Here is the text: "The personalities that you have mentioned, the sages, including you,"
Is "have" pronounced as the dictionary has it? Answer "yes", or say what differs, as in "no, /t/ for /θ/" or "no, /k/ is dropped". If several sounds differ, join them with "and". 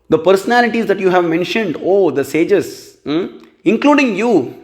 yes